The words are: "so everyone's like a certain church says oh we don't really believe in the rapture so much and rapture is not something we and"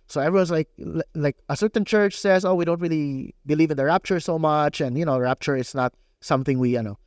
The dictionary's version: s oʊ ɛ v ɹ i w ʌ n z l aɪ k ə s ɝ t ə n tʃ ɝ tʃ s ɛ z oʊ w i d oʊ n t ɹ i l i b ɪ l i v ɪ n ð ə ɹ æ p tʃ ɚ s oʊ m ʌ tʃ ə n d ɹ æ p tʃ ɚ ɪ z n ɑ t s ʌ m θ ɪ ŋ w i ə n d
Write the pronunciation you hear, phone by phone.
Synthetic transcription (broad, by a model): s oʊ ɛ v ɹ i w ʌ n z l aɪ k ə s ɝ t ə n tʃ ɝ tʃ s ɛ z oʊ w i d oʊ n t ɹ i l i b ɪ l i v ɪ n ð ə ɹ æ p tʃ ɚ s oʊ m ʌ tʃ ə n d ɹ æ p tʃ ɚ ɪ s n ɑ t s ʌ m θ ɪ ŋ w i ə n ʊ